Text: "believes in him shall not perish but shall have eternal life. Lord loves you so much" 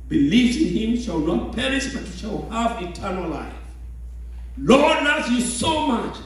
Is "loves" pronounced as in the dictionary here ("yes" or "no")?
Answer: no